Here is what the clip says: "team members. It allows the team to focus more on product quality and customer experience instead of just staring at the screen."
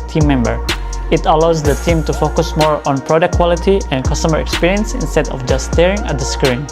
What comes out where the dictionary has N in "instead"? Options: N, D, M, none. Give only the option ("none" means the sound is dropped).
N